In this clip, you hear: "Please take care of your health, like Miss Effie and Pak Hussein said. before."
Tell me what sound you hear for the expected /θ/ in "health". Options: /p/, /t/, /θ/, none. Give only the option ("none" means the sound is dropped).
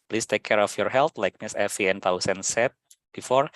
/t/